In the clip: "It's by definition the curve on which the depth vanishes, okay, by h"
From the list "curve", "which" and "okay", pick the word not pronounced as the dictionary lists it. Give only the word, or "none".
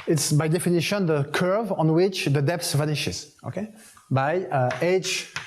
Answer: none